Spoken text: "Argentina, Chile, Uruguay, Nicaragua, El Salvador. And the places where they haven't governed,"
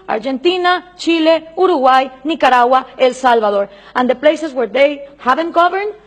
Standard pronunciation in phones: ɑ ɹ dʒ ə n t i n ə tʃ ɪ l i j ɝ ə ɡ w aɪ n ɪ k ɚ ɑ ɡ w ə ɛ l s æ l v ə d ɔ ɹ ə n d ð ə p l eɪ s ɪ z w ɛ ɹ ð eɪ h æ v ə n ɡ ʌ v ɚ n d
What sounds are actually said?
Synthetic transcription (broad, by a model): ɑ ɹ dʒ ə n t i n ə tʃ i l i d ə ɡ w aɪ n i k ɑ ɑ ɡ w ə ɛ l s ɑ l b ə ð ɔ ɹ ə n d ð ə p l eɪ s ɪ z w ɛ ɹ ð eɪ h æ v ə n ɡ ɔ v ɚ n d